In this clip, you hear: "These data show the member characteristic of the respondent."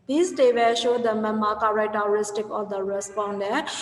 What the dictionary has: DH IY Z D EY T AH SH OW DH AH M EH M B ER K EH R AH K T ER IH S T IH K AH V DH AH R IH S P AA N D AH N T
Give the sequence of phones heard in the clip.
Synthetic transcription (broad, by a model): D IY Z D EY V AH SH OW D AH M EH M AA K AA R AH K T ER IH S T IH K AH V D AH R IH S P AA N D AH